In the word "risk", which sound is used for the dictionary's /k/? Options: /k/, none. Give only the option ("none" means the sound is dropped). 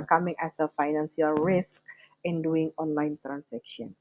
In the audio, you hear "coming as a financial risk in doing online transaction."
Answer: /k/